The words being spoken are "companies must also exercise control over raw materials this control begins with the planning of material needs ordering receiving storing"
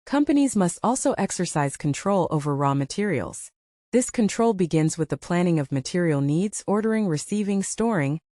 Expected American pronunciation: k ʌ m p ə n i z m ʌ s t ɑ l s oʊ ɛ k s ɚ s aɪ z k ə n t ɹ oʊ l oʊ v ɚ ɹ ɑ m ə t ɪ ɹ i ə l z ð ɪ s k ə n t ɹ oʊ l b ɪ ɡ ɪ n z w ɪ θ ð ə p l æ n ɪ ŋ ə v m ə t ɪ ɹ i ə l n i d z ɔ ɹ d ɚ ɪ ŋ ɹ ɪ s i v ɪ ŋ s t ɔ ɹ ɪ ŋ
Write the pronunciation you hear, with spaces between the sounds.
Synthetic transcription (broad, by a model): k ʌ m p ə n i z m ʌ s t ɑ l s oʊ ɛ k s ɚ s aɪ z k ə n t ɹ oʊ l oʊ v ɚ ɹ ɑ m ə t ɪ ɹ i l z ð ɪ s k ə n t ɹ oʊ l b ɪ ɡ ɪ n z w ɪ ð ə p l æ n ɪ ŋ ə v m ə t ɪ ɹ i l n i d z ɔ ɹ d ɚ ɪ ŋ ɹ ɪ s i v ɪ ŋ s t ɔ ɹ ɪ ŋ